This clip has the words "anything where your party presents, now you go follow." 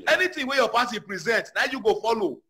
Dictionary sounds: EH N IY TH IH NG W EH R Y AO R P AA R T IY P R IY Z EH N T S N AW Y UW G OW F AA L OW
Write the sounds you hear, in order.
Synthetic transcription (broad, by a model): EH N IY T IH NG W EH Y AO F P AA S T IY P R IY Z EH N T N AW Y UW G OW F AA L OW